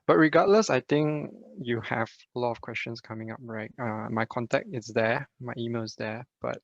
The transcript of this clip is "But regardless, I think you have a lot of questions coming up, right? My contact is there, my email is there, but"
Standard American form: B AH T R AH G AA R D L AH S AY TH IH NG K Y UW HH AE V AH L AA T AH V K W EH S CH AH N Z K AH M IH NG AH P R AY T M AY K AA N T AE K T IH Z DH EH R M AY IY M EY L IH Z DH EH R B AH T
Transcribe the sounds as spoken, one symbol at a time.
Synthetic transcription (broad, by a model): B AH T R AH G AA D L AH S AY T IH NG K Y UW HH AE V AH L AA T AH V K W EH S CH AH N S K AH M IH NG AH P R AY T M AY K AA N T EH K T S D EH M AY IY M EY L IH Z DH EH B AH T